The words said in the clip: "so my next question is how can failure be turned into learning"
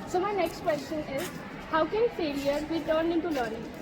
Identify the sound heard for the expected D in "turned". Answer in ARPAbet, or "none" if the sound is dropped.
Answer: none